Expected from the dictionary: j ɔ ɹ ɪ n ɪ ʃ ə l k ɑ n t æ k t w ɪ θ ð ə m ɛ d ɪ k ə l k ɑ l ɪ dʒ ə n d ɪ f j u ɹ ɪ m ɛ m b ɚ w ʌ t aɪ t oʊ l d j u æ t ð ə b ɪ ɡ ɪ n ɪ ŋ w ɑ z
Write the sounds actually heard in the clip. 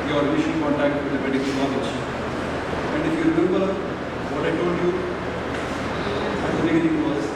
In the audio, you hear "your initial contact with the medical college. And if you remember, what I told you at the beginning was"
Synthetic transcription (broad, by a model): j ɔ ɹ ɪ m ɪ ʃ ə n k ɑ n t æ k t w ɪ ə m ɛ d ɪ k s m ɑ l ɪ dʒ ə n d ɪ f j u ɹ ɪ m ɛ m b ɚ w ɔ t aɪ t oʊ l d j u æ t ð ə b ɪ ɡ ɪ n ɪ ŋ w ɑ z